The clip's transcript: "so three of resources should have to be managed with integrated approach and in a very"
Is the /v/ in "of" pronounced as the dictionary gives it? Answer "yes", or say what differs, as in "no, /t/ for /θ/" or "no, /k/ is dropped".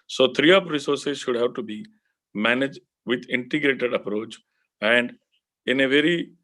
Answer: no, /p/ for /v/